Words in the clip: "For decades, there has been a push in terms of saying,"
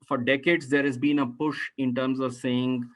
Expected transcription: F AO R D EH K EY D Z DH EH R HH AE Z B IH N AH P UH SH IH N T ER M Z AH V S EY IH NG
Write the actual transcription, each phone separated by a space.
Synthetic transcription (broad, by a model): F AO R D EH K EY D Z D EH R HH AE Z B IH N AH P UH SH IH N T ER M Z AH V S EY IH NG